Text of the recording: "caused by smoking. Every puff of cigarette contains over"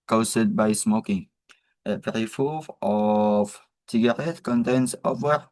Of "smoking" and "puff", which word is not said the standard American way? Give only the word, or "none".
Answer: puff